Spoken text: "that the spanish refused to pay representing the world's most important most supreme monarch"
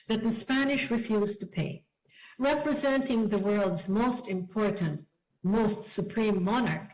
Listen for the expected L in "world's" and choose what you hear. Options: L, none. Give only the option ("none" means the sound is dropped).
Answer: L